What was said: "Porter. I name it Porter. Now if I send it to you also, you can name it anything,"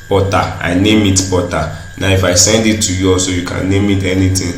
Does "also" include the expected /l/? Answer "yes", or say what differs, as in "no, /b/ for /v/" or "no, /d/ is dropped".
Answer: no, /l/ is dropped